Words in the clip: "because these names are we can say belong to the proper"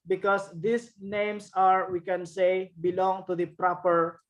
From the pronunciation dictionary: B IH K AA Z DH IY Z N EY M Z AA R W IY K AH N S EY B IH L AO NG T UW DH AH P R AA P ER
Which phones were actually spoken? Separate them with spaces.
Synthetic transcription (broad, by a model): B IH K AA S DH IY S N EY M S AA R W IY K AH N S EY B IH L AO NG T UW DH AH P R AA P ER